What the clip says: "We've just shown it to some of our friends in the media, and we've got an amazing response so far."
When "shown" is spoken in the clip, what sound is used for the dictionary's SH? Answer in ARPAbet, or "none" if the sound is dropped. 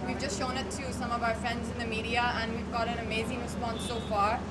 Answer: SH